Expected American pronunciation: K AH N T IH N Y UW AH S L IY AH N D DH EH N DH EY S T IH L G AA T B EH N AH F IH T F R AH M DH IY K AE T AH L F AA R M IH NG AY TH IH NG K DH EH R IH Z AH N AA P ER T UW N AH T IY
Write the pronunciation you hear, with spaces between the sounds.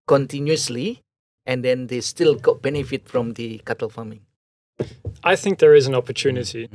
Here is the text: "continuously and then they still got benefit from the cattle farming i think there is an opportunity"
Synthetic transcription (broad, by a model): K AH N T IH N Y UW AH S L IY AH N D EH N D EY S T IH L G AA T B EH N AH F IH T F R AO M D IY K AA T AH L F AA M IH NG AY TH IH NG K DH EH R IH Z AH N AA P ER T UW N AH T IY